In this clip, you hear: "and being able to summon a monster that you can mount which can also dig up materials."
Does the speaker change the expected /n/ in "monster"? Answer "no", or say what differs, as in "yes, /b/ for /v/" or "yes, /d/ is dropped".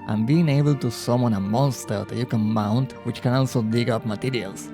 no